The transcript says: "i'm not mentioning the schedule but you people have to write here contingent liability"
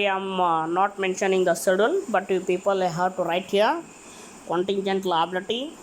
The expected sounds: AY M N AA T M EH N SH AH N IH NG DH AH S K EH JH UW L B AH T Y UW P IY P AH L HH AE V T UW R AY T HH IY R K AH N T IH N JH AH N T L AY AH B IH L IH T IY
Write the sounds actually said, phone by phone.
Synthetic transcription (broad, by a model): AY M N AA T M EH N SH AH N IH NG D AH S IH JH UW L B AH T Y UW P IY P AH L HH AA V T UW R AY T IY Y K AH N T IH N JH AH N T L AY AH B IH L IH T IY